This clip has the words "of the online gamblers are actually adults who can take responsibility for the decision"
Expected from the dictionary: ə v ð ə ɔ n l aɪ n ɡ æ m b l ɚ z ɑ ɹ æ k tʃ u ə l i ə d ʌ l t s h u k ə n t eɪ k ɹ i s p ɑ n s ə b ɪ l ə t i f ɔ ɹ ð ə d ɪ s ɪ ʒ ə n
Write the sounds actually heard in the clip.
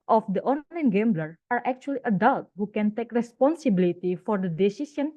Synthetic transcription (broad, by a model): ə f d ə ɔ n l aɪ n ɡ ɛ m b l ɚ ɑ ɹ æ k tʃ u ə l i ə d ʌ l t h u k ə n t eɪ k ɹ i s p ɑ n s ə b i l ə t i f ɔ ɹ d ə d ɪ s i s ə n